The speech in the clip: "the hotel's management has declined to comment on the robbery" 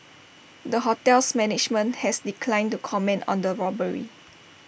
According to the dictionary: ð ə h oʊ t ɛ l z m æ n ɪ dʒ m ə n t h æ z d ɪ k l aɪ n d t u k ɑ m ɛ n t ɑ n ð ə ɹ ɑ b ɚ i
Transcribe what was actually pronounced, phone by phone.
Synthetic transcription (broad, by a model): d ə h oʊ t ɛ l s m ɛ n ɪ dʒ m ə n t h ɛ s d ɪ k l aɪ n t u k ɑ m ɛ n t ɑ n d ə ɹ ɑ b ɚ i